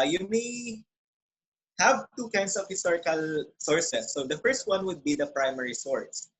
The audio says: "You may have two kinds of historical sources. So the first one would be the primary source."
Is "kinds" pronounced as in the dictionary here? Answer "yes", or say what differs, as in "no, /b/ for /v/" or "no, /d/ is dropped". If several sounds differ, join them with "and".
no, /s/ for /z/